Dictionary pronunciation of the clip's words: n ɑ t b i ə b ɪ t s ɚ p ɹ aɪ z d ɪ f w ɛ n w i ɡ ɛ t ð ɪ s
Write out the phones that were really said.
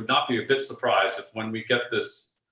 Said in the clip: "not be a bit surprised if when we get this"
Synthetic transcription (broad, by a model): n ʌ t b i ə b ɪ t s ɚ p ɹ aɪ z d ɪ f w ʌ n w i ɡ ɛ t ð ɪ s